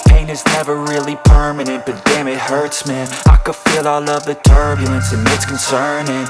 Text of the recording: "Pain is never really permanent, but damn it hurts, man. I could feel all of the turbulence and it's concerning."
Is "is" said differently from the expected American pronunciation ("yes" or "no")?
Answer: no